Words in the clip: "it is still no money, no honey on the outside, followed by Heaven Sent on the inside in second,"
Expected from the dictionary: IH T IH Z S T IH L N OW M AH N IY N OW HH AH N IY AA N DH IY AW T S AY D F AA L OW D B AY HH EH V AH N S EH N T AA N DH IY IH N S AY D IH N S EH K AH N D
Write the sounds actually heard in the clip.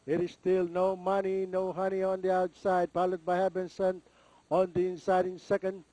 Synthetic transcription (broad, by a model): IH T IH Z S T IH L N OW M AH N IY N OW HH AH N IY AA N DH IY AW T S AY D P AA L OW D B AY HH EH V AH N S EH N AA N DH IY IH N S AY D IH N S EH K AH N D